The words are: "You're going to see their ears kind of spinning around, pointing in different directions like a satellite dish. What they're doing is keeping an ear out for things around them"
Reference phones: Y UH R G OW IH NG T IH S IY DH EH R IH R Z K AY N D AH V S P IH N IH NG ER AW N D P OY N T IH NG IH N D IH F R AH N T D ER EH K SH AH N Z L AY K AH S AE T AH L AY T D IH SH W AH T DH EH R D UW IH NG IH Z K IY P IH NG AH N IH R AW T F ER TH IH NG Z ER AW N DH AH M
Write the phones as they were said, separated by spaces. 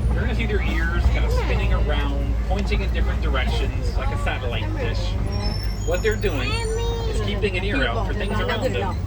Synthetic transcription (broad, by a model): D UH R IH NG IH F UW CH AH R IH R Z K AY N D AH V S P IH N IH NG ER AW N D P OY N T IH NG IH N D IH F R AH N D ER EH K SH AH N Z L AY K AH S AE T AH L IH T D IH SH W AH T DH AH R D UW IH NG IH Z K IY P IH NG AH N IH R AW F ER TH IH NG Z ER AW N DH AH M